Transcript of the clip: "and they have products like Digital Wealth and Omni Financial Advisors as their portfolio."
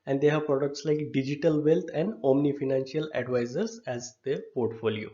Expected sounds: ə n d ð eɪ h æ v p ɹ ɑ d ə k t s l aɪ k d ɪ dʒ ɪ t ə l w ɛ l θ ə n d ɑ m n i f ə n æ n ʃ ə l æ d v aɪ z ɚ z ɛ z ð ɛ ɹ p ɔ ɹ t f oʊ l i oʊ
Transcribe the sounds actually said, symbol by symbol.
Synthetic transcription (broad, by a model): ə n d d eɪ h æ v p ɹ ɑ d ə k t s l aɪ k d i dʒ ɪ t ə l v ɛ l t ə n d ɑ m n i f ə n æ n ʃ ə l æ d v aɪ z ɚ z ɛ z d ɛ p ɔ ɹ t f oʊ l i oʊ